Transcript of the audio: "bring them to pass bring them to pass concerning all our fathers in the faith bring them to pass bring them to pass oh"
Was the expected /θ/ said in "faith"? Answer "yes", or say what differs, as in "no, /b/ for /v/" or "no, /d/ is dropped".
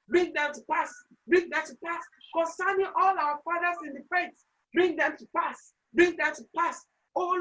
no, /t/ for /θ/